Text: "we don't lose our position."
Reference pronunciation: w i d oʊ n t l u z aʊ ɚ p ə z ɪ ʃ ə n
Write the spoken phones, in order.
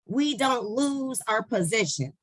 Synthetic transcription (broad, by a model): w i d oʊ n t l u z aʊ ɚ p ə z ɪ ʃ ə n